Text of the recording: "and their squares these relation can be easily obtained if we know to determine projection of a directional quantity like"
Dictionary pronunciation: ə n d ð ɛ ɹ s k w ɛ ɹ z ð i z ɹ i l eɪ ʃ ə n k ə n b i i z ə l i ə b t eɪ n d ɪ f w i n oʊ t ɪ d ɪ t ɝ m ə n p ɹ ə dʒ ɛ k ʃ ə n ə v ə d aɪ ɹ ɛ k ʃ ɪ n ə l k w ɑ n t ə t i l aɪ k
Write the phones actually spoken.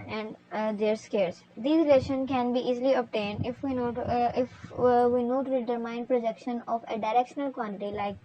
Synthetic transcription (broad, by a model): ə n d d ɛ ɹ s k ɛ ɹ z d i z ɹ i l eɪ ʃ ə n k ə n b i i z l i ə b t eɪ n d ɪ f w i n oʊ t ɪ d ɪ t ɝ m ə n p ɹ ə dʒ ɛ k ʃ ə n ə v ə d aɪ ɹ ɛ k ʃ ɪ n ə l k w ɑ n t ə t i l aɪ k